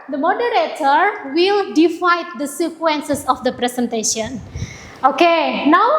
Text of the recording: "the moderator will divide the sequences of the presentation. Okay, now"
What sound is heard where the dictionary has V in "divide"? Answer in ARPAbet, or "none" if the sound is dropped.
F